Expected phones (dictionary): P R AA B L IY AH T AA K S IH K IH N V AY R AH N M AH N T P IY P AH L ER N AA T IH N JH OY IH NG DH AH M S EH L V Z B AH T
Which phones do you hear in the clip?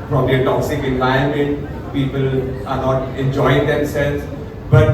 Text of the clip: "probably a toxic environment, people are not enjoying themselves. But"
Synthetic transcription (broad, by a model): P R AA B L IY AH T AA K S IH K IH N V AY AH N M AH N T P IY P AH L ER N AA T IH N JH OY IH NG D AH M S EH L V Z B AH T